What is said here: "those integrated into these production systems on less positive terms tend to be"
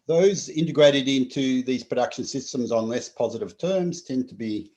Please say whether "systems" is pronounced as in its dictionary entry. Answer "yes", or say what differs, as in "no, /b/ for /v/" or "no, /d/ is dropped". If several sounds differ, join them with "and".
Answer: yes